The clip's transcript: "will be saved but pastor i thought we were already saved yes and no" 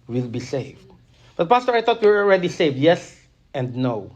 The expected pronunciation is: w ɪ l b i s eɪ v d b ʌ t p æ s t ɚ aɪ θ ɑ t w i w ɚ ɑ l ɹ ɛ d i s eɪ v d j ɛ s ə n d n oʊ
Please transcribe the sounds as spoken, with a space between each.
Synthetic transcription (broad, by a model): w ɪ l b i s eɪ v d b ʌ t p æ s t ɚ aɪ t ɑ t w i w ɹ ɑ l ɹ ɛ d i s eɪ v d j ɛ s ə n d n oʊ